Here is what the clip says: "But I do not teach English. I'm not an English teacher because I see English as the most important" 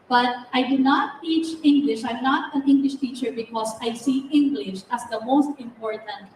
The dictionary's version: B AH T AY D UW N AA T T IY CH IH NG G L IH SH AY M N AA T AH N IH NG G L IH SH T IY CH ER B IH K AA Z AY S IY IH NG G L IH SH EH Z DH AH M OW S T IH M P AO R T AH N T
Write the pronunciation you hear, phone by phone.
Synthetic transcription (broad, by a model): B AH T AY D UW N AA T T IY CH IH NG G L IH SH AY M N AA T AH N IH NG G L IH SH T IY CH ER B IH K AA S AY S IY IH NG G L IH SH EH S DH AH M OW S T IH M P AO R T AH N T